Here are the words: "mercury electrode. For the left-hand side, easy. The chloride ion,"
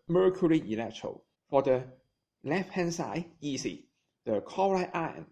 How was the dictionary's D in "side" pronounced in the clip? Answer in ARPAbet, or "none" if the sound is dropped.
none